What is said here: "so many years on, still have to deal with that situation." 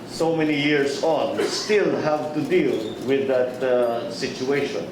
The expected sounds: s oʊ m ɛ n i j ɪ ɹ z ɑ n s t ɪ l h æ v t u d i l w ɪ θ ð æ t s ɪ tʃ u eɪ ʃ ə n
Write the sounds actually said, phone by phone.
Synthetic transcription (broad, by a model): s oʊ m ɛ n i j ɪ ɹ s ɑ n s t ɪ l h æ v t u d i l w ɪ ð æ t s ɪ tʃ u eɪ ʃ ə n